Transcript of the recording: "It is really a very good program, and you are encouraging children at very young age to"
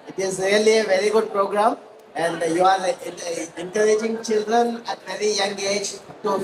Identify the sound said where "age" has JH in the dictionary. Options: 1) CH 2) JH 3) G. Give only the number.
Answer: 2